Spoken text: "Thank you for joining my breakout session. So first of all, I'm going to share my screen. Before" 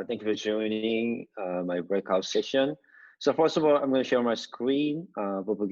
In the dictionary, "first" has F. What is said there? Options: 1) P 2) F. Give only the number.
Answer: 2